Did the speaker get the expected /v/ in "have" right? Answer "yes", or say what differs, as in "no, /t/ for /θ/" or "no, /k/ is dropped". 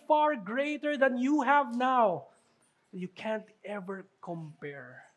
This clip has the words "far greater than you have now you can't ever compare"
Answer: yes